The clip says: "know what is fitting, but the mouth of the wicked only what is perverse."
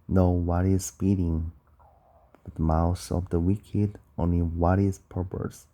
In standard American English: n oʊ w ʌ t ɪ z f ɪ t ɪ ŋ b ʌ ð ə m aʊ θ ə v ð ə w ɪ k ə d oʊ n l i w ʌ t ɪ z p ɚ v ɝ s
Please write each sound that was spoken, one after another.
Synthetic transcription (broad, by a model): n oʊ w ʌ t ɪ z p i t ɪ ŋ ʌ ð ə m aʊ s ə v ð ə w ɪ k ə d oʊ n l i w ʌ t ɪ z p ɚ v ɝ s